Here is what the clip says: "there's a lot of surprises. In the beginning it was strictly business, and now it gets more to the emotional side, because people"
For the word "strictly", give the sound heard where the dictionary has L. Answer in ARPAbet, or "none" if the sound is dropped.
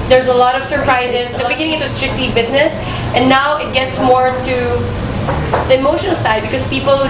none